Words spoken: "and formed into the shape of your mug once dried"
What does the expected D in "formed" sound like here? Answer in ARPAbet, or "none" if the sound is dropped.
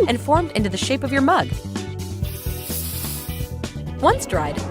D